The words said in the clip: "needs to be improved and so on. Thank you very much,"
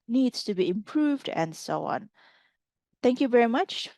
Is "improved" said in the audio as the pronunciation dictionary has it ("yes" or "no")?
yes